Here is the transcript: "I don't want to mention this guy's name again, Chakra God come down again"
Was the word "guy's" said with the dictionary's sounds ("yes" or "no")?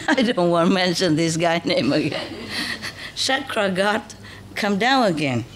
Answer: no